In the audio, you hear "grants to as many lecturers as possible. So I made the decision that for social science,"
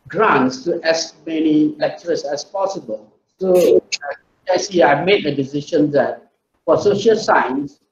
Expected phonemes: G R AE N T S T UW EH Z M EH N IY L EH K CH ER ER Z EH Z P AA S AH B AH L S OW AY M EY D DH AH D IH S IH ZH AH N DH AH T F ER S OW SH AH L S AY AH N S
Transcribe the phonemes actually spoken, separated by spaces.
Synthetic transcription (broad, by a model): G R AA N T S T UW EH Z M EH N IY L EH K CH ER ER S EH S P AA S AH B AH L S OW AY M EY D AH D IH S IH SH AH N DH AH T F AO S OW SH AH L S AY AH N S